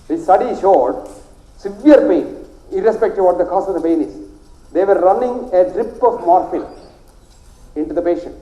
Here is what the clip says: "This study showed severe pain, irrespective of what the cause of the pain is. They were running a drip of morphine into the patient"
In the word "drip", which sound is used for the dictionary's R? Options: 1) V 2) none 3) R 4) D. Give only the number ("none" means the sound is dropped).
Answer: 3